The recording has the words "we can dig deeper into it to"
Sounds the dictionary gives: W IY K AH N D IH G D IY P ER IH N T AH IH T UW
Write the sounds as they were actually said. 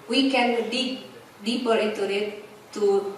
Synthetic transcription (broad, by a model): W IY K AH N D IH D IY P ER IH T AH IH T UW